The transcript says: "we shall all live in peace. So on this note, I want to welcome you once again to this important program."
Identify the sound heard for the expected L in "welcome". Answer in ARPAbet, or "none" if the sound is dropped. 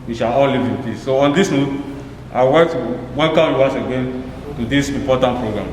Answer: N